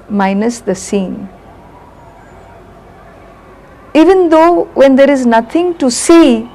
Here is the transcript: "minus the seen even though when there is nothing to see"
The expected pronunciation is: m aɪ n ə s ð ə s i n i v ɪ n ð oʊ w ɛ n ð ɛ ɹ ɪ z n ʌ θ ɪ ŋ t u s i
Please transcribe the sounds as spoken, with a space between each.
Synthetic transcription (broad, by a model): m aɪ n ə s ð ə s i n i v ɪ n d oʊ w ɛ n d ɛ ɹ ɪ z n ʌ t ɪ ŋ t u s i